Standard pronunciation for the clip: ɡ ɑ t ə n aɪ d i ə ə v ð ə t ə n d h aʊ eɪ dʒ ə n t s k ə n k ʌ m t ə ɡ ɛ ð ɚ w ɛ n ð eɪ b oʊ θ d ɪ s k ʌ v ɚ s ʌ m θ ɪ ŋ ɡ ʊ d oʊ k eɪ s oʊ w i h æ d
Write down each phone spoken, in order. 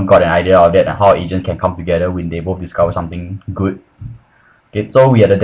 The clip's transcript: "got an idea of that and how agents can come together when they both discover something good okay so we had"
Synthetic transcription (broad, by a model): ɡ ɑ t ə n aɪ d i ə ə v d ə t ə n h aʊ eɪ dʒ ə n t s k ə n k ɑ m t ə ɡ ɛ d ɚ w ɛ n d eɪ b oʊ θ d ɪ s k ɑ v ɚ s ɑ m t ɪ ŋ ɡ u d oʊ k eɪ s oʊ w i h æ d